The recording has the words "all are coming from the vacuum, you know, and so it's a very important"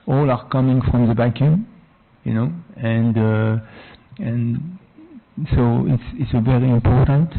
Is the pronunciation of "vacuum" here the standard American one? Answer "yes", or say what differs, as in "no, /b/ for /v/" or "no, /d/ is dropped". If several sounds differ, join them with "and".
no, /b/ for /v/